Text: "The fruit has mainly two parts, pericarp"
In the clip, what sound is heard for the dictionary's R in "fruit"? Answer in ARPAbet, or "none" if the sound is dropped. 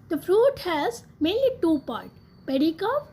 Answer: R